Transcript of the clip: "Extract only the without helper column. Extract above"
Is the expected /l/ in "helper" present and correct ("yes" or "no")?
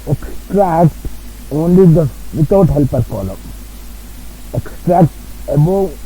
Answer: yes